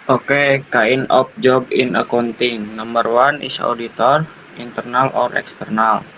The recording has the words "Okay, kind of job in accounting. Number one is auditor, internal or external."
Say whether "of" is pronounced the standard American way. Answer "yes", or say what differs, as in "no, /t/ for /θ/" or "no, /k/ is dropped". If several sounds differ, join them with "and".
no, /p/ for /v/